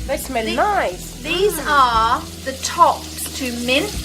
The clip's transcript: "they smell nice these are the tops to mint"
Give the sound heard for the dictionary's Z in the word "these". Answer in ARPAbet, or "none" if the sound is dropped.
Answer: Z